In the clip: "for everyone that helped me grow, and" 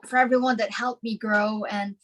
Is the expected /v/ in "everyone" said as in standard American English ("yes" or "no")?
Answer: yes